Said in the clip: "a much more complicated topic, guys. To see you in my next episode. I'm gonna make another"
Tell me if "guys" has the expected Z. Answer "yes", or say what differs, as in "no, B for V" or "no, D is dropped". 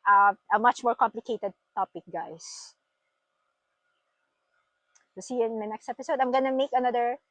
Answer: no, S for Z